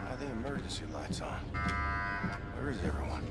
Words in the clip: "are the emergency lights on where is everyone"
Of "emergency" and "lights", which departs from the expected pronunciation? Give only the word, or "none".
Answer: emergency